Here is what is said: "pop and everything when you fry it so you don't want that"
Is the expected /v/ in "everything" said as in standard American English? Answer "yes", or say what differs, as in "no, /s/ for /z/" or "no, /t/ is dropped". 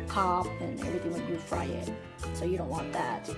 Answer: yes